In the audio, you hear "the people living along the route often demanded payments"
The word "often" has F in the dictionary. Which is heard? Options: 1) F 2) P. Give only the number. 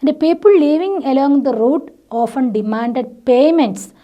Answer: 1